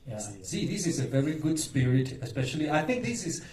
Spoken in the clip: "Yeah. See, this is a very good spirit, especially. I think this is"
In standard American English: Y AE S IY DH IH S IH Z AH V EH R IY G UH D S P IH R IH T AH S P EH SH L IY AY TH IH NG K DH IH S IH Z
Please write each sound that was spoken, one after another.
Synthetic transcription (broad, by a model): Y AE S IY DH IH S IH Z AH V EH R IY G UH D S P IH R IH T AH S P EH SH L IY AY TH IH NG K DH IH S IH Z